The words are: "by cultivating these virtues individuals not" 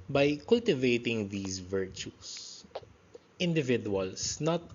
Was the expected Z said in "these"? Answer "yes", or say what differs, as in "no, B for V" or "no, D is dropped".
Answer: no, S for Z